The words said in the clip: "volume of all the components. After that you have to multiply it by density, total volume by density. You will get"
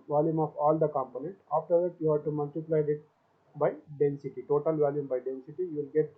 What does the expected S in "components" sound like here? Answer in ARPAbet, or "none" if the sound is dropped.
none